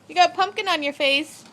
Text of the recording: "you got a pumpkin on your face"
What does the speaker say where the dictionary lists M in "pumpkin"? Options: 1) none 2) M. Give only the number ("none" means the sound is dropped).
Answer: 2